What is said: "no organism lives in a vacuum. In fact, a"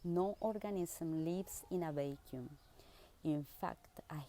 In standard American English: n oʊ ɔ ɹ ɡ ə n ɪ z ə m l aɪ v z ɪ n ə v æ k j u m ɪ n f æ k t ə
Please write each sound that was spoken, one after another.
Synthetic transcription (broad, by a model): n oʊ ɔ ɹ ɡ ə n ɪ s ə m l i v s ɪ n ə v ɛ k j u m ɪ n f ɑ k t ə